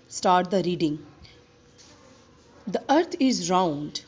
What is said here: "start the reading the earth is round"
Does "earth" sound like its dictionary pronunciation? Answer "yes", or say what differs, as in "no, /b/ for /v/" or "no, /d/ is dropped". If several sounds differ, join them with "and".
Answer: no, /t/ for /θ/